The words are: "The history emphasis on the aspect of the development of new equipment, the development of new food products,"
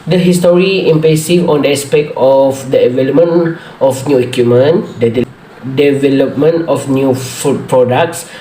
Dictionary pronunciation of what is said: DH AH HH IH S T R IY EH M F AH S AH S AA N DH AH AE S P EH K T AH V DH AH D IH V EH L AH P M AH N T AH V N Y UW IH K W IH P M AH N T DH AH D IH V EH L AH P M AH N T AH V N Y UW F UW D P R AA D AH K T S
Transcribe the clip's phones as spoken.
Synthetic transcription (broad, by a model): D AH HH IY S T R IY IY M P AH S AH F AA N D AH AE S P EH K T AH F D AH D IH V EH L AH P M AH N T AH F N Y UW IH K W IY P M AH N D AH D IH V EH L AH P M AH N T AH F N Y UW F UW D P R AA D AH K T S